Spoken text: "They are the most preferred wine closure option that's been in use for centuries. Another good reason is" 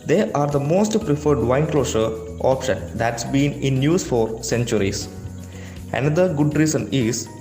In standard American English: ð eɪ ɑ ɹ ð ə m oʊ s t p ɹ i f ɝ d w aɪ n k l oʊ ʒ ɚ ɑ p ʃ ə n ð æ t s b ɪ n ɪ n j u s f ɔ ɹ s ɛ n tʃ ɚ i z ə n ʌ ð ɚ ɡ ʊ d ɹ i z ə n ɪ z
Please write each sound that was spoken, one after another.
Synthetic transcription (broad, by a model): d eɪ ɑ ɹ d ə m oʊ s t p ɹ i f ɝ d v aɪ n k l oʊ ʃ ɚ ɑ p ʃ ə n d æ t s b ɪ n ɪ n j u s f ɔ ɹ s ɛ n tʃ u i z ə n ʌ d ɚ ɡ ʊ d ɹ i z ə n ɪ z